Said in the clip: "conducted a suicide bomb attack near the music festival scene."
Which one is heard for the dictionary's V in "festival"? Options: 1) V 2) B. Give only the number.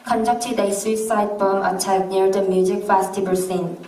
2